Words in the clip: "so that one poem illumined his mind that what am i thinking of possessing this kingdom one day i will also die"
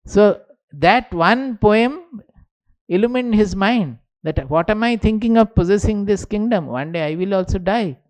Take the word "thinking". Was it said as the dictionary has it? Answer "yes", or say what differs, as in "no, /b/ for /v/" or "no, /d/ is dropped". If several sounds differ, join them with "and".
no, /t/ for /θ/